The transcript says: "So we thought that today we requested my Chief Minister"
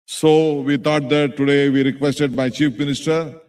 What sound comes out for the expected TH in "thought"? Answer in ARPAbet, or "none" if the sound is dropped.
T